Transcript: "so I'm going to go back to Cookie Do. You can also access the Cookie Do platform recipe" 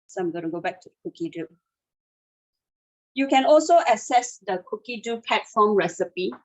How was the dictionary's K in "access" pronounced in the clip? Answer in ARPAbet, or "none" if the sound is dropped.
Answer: none